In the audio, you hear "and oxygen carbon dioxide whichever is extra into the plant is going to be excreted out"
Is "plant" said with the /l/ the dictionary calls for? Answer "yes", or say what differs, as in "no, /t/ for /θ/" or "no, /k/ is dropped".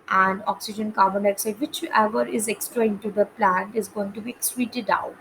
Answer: yes